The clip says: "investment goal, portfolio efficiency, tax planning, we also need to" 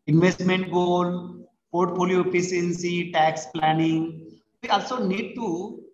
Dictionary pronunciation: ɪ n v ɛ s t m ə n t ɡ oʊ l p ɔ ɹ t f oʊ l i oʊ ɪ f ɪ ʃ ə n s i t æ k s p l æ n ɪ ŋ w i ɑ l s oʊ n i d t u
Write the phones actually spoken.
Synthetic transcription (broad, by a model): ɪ n v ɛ s t m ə n t ɡ oʊ l p ɔ ɹ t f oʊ l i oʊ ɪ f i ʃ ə n s i t æ k s p l æ n ɪ ŋ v i ɑ l s oʊ n i d t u